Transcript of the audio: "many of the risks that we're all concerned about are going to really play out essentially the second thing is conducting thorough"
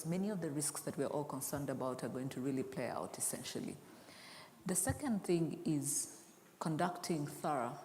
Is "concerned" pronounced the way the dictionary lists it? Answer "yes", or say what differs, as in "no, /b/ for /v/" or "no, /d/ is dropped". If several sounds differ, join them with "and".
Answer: yes